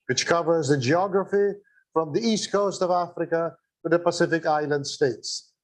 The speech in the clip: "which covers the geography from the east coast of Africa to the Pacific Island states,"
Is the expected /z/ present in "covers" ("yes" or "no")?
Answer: yes